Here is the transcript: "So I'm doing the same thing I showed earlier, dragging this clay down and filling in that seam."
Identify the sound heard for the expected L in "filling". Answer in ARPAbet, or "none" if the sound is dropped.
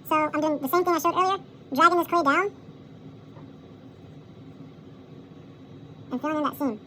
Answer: none